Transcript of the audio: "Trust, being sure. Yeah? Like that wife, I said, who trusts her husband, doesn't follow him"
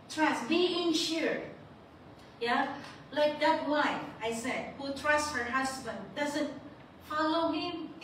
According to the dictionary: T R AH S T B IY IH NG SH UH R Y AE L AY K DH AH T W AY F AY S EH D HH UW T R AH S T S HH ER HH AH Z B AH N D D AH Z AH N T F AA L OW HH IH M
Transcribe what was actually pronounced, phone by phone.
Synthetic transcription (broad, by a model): T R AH S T B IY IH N SH UH R Y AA L AY K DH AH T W AY AY S EH D HH UW T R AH S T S HH ER HH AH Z B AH N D D AH Z AH N T F AA L OW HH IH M